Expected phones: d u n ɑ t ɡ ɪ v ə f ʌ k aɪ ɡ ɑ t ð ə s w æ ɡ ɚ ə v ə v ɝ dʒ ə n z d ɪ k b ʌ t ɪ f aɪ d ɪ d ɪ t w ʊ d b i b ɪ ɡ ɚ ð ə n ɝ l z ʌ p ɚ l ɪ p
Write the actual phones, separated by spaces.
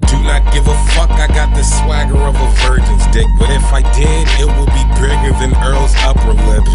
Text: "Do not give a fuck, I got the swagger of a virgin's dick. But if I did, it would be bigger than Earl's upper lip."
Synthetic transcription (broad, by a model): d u n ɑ t ɡ ɪ v ə f ʌ k aɪ ɡ ɑ t ð ə s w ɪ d ɚ ə v ə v ɝ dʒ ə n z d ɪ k b ʌ t ɪ f aɪ d ɪ d ɪ t w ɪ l b i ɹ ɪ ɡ ɚ ð ə n ɝ l z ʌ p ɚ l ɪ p